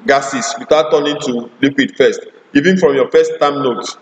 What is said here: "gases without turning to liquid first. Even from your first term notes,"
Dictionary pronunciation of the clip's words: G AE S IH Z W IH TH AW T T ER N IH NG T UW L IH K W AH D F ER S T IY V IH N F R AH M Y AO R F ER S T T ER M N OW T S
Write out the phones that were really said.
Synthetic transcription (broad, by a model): G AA S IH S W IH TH AW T T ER N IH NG T UW L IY K W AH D F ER S T IY V IH N F R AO M Y AO F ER S T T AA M N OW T